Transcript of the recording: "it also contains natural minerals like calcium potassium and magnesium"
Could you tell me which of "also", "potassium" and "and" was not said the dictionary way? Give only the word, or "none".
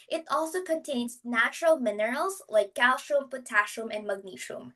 potassium